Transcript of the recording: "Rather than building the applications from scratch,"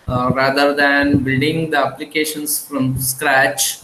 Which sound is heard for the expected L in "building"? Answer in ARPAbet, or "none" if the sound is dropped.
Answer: none